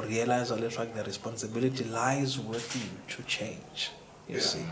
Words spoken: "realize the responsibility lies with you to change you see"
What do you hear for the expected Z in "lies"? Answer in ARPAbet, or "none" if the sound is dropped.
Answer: Z